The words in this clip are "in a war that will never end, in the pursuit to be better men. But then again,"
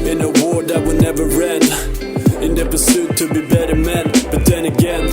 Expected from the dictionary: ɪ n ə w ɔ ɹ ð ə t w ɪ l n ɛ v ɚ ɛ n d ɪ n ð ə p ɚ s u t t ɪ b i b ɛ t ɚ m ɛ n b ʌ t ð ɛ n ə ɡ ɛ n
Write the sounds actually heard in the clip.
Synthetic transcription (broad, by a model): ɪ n ə w ɔ ɹ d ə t w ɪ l n ɛ v ɚ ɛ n ɪ n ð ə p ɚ s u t t ɪ b i b ɛ t ɚ m ɛ n b ʌ t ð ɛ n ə ɡ ɛ n